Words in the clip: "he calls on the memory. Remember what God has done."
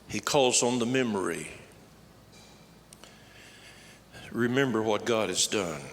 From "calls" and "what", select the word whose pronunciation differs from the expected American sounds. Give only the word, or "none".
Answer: none